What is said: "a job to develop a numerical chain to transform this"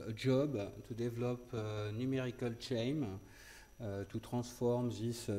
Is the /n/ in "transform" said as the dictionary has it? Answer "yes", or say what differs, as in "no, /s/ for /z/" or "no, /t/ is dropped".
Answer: no, /n/ is dropped